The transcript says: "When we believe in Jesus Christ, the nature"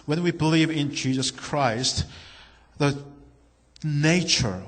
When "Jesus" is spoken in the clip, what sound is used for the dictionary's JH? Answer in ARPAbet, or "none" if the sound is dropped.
JH